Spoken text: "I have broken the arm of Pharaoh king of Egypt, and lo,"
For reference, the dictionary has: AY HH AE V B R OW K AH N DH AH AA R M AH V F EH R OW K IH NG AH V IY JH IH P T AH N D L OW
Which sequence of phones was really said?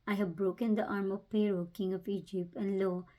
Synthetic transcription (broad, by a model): AY HH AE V B R OW K AH N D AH AA R M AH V P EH R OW K IH NG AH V IY JH IH P T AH N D L OW